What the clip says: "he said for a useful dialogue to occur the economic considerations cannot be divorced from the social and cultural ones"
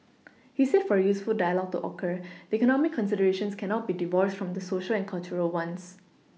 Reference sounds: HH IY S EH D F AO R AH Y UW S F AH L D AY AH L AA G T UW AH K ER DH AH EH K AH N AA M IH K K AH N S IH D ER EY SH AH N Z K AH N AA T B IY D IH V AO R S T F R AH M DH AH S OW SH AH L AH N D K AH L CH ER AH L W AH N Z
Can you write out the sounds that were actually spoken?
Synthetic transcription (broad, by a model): HH IY S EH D F AO R AH Y UW S F AH L D AY AH L AA G T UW AH K ER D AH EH K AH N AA M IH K K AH N S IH D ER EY SH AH N S K AH N AA T B IY D IH V AO R S T F R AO M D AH S OW SH AH L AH N K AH L CH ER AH L W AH N S